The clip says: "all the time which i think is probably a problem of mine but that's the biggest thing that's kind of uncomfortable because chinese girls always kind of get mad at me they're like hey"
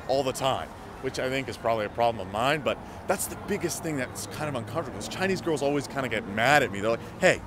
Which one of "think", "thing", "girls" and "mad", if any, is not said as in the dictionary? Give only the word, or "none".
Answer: none